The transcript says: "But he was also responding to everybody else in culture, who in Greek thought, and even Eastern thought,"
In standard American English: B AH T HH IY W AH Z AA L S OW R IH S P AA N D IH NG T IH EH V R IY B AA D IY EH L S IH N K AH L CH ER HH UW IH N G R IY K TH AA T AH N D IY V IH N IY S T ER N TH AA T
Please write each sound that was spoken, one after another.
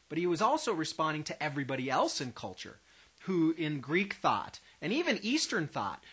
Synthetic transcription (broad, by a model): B AH T HH IY W AH Z AA L S OW R IH S P AA N D IH NG T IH EH V R IY B AA D IY EH L S IH N K AH L CH ER HH UW IH N G R IY K TH AA T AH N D IY V IH N IY S T ER N TH AA T